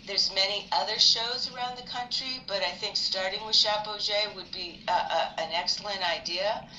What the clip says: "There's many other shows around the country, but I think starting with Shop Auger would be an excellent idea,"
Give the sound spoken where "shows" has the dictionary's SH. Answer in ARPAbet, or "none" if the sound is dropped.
SH